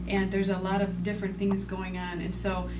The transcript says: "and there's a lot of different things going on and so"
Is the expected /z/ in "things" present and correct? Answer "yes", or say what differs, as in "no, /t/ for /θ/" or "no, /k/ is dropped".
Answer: yes